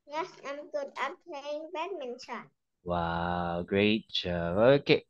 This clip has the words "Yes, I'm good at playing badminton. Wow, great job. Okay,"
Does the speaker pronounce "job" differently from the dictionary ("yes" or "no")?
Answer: yes